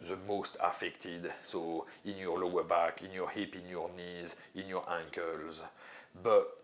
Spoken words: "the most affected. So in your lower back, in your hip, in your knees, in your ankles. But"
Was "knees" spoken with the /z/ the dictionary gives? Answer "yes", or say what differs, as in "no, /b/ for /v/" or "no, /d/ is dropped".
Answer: yes